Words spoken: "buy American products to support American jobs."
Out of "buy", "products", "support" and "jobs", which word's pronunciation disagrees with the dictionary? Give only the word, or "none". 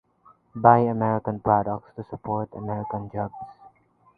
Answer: jobs